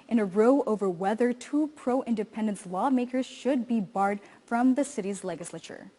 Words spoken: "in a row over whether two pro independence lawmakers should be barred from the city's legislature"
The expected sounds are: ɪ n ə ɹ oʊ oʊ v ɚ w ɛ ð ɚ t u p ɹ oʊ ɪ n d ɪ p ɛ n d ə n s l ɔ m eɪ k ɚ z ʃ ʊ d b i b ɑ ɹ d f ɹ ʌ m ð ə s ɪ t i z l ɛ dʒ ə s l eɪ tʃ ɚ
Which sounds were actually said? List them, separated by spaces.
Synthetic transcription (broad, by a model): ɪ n ə ɹ oʊ oʊ v ɚ w ɛ ð ɚ t u p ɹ oʊ ɪ n d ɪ p ɛ n d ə n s l ɔ m eɪ k ɚ z ʃ ʊ d b i b ɑ ɹ d f ɹ ʌ m ð ə s ɪ t i z l ɛ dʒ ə s l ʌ tʃ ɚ